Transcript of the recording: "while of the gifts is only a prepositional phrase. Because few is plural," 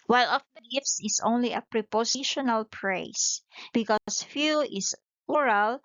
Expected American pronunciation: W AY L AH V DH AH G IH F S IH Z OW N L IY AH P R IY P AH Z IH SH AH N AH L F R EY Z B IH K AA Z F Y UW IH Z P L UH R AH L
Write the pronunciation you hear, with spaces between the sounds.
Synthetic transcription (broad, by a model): W AY L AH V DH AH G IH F S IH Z OW N L IY AH P R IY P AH S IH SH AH N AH L P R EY S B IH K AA S F Y UW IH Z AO R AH L